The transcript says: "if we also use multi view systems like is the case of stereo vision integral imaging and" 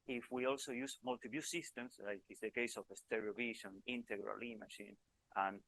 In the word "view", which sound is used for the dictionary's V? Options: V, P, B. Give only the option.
B